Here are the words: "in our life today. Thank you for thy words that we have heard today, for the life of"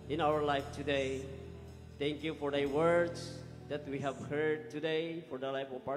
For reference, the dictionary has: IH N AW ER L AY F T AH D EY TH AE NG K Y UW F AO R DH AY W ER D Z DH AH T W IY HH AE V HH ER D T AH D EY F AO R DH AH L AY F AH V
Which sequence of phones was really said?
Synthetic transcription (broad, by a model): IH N AW ER L AY F T AH D EY T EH NG K Y UW F AO R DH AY W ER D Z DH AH T W IY HH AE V HH ER D T AH D EY F AO R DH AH L AY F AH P